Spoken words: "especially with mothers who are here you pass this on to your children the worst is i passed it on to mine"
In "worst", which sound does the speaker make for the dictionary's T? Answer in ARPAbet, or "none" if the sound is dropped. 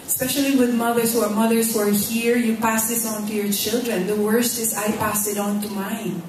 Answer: T